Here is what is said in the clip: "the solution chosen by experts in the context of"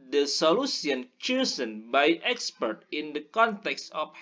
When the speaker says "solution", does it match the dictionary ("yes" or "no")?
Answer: no